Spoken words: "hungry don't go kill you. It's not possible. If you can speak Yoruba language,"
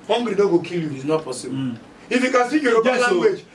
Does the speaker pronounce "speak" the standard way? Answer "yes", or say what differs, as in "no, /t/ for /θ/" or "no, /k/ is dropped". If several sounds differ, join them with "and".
no, /p/ is dropped